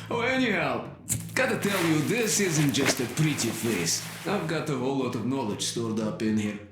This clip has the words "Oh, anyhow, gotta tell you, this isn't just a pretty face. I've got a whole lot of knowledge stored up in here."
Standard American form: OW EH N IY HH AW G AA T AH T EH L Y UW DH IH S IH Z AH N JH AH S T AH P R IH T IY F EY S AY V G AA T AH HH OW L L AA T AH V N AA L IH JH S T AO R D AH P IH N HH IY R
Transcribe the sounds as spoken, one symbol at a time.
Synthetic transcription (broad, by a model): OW EH N IY HH AW G AA T AH T EH L Y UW DH IH S IH Z AH N JH AH S T AH P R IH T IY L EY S AY V G AA T AH HH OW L L AA T AH V N AA L IH JH S T AO R D AH P IH N HH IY R